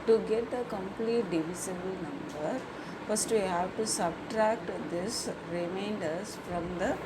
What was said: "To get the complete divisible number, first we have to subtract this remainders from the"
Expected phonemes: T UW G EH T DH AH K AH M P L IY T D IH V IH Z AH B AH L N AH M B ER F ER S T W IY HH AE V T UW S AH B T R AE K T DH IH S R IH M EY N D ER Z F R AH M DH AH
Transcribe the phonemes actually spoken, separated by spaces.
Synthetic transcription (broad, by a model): T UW G EH T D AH K AH M P L IY T D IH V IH S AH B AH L N AH M B ER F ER S T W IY HH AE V T UW S AH B T R AE K T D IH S R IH M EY N D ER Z F R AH M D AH